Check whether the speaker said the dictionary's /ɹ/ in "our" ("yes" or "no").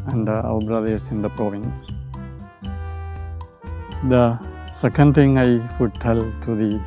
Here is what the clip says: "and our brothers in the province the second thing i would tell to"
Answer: no